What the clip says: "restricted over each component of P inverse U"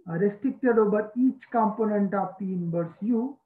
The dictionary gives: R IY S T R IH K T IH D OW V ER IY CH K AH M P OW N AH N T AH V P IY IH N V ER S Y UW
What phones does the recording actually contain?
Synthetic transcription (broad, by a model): R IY S T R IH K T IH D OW B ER IY CH K AH M P OW N AH N T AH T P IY N B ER S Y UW